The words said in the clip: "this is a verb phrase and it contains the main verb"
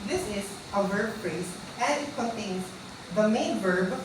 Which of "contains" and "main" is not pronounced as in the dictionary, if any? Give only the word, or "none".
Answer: contains